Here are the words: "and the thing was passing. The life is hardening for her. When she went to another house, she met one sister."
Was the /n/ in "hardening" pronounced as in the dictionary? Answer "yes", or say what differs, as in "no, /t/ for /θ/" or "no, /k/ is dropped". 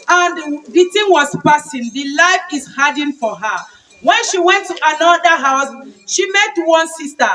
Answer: no, /n/ is dropped